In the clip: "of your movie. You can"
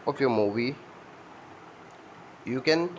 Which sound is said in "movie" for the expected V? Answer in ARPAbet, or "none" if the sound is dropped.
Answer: B